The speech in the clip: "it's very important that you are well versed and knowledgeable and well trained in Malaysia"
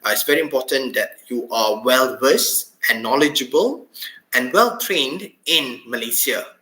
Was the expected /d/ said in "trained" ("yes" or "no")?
yes